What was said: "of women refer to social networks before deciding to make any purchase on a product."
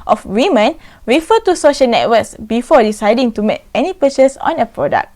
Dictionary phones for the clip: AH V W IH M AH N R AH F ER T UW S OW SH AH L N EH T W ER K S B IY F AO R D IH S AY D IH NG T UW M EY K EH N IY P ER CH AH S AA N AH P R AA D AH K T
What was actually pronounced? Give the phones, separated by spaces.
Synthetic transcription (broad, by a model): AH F W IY M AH N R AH F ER T UW S OW SH AH L N EH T W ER K S B IY F AO D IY S AY D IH NG T UW M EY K EH N IY P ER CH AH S AA N AH P R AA D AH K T